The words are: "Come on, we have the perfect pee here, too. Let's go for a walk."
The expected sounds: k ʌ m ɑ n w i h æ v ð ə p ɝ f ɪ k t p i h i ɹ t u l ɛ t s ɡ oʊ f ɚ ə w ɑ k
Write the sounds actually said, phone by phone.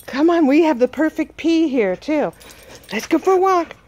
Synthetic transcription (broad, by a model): k ʌ m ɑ n w i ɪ v ð ə p ɝ f ɪ k t p i h i ɹ t u l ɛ t s ɡ oʊ f ɚ w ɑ k